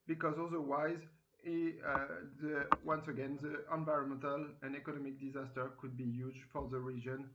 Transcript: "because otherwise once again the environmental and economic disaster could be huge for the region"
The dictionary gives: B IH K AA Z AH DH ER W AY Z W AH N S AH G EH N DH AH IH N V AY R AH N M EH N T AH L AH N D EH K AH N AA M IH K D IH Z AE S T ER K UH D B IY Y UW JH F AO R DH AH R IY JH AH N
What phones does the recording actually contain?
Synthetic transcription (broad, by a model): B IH K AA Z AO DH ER W AY Z W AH N S AH G EH N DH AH IH N V AY R AH N M EH N T AH L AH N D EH K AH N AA M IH K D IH Z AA S T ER K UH D B IY Y UW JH F AO R DH AH R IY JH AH N